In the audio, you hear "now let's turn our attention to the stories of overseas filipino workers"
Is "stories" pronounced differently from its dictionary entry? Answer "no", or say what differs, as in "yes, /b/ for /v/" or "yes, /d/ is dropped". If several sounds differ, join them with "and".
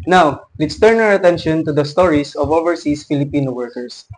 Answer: yes, /s/ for /z/